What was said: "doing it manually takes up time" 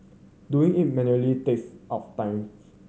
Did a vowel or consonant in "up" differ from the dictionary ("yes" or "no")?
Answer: yes